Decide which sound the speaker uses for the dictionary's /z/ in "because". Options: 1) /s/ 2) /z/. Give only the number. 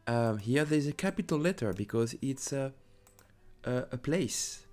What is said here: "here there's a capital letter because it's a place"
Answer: 2